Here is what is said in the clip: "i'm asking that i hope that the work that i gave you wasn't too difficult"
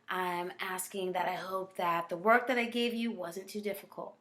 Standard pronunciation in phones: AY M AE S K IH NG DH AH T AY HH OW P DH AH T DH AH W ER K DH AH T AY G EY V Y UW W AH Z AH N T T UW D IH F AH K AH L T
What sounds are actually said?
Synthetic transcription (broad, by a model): AY M AE S K IH NG DH AH T AY HH OW P DH AH T DH AH W ER K DH AH T AY G EY V Y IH W AH Z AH N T T UW D IH F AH K L T